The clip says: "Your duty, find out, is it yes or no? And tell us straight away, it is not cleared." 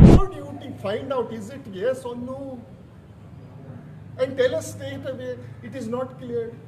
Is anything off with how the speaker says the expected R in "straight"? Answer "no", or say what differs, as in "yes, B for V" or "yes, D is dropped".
yes, R is dropped